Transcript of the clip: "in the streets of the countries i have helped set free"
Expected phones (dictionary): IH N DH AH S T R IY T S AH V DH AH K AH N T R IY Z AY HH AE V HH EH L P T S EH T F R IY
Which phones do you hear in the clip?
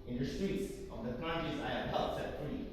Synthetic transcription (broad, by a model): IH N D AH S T R IY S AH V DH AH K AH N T IY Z AY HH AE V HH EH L T S EH T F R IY